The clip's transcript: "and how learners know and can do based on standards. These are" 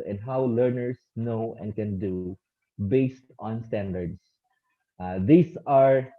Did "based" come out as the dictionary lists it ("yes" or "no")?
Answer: yes